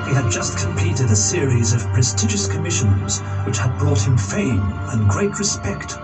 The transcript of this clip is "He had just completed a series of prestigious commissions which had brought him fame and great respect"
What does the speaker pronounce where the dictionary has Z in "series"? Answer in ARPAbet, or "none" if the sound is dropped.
Z